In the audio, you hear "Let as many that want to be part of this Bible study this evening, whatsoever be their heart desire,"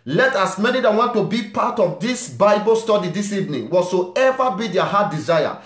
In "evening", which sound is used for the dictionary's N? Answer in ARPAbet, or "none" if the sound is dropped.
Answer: N